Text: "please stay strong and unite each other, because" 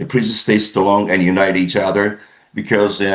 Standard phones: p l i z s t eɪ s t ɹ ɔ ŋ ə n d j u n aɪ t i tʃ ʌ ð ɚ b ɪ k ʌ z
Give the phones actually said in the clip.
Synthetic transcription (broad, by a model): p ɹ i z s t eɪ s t l ɔ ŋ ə n j u n aɪ t i tʃ ʌ ð ɚ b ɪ k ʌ z